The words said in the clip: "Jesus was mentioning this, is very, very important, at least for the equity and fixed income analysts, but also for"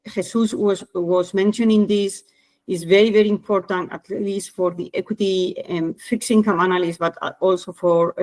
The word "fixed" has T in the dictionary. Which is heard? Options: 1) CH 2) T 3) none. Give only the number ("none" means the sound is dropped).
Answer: 3